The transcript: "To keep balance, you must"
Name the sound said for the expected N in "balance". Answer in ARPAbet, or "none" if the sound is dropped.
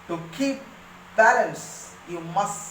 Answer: none